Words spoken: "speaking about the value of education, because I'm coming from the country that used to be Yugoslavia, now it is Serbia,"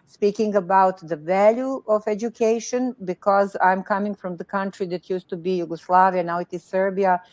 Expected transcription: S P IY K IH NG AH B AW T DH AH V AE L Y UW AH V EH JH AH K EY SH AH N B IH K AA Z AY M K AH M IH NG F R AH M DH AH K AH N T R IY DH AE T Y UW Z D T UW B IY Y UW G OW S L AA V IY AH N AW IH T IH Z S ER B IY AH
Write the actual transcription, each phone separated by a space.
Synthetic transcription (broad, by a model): S P IY K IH NG AH B AW T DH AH V AE L Y UW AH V EH JH AH K EY SH AH N B IH K AA Z AY M K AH M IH NG F R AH M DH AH K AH N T R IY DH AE T Y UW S T UW B IY Y UW G OW S L AA V IY AH N AW IH T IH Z S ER B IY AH